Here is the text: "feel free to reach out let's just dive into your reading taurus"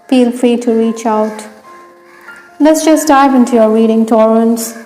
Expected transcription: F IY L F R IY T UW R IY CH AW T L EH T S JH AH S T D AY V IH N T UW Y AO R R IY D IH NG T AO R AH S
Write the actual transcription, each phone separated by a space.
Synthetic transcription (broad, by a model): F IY L F R IY T UW R IY CH AW T L EH T S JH AH S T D AY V IH N T UW Y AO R R IY D IH NG T AO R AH S